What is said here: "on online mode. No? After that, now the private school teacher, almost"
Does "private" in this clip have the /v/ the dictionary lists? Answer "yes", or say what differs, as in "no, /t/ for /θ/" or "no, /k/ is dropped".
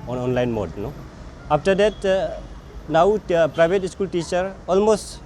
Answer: no, /b/ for /v/